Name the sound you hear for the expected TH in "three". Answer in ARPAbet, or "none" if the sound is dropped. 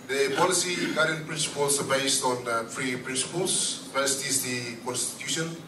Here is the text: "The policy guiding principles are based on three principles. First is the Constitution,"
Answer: F